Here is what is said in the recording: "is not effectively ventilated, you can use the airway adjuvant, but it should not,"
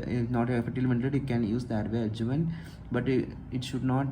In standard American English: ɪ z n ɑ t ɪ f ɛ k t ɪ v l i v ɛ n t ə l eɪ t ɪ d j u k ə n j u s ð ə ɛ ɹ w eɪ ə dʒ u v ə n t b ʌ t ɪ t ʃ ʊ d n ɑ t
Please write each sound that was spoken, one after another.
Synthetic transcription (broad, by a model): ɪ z n ɑ t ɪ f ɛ t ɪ l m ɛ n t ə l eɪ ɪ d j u k ə n j u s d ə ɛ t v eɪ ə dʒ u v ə n b ʌ t ɪ t ʃ ʊ d n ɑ t